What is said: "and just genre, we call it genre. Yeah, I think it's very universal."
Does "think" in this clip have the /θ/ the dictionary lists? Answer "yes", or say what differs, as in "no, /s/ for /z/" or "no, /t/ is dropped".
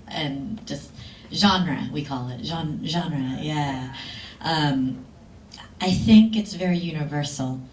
yes